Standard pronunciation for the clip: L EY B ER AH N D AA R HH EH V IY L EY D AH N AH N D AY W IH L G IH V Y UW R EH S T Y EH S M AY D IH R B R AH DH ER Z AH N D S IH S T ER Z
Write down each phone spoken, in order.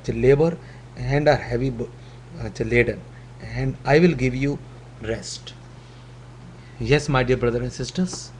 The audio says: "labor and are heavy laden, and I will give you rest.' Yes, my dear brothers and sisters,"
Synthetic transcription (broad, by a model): L EY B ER AH N D AA R HH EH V IY L EY D AH N AH N D AY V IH L G IH V Y UW R EH S T Y EH S M AY D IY R B R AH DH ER AH N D S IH S T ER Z